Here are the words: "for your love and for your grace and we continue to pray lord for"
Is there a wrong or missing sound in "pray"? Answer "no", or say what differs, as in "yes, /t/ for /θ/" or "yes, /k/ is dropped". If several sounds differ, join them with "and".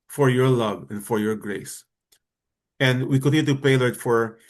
yes, /ɹ/ is dropped